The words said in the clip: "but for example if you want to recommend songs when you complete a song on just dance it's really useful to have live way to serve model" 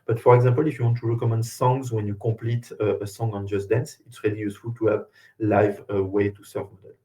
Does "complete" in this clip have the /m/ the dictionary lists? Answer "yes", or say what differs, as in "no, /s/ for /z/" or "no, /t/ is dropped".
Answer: no, /m/ is dropped